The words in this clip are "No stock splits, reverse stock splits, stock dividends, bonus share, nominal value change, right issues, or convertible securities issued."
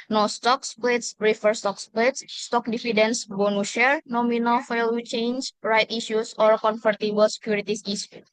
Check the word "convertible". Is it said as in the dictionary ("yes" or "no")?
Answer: no